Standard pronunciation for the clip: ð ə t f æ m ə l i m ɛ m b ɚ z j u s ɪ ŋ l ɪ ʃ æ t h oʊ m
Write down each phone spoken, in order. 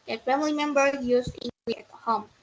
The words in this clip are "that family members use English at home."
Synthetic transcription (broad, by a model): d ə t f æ m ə l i m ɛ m b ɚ j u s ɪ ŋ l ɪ æ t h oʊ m